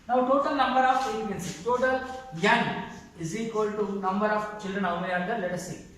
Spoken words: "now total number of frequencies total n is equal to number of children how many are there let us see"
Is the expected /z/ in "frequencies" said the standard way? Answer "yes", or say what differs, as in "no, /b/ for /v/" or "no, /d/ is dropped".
no, /z/ is dropped